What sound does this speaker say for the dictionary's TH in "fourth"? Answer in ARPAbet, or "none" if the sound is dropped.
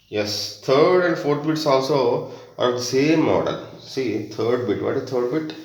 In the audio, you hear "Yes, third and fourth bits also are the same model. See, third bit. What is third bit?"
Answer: T